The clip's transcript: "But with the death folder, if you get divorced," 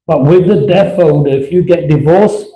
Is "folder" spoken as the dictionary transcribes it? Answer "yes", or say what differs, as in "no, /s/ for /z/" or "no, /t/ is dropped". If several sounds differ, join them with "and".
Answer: no, /n/ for /l/